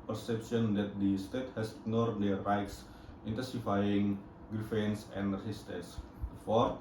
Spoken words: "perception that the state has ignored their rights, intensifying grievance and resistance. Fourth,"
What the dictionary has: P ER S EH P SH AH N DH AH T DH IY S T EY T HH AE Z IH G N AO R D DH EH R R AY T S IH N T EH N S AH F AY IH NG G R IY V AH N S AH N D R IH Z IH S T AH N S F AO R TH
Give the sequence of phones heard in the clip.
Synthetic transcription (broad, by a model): P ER S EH P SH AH N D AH T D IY S T EY T HH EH S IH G N AO R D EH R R AY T S IH N T EH N S AH F AY IH NG G R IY F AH N S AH N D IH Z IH S T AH S F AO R